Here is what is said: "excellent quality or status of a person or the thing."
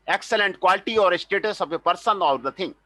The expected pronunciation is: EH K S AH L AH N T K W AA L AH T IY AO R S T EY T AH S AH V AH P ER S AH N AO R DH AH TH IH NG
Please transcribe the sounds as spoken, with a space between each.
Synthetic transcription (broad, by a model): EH K S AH L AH N T K W AA L AH T IY AO R S T EY T AH S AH B AH P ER S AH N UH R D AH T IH NG